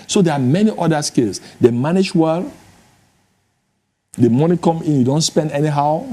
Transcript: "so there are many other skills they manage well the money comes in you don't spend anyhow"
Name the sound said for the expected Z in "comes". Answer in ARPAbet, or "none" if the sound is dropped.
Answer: none